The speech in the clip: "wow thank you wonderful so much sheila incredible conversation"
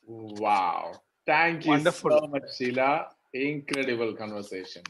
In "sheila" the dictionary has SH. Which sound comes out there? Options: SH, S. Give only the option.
S